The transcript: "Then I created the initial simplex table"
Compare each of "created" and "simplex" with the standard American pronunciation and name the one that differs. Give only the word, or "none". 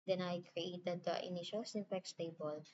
simplex